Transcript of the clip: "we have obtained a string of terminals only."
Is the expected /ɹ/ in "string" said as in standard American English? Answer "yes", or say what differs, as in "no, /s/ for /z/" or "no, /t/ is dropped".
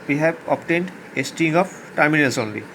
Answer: no, /ɹ/ is dropped